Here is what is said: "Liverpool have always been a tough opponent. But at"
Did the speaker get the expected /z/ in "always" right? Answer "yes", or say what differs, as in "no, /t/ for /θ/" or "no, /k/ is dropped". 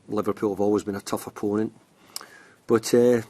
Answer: yes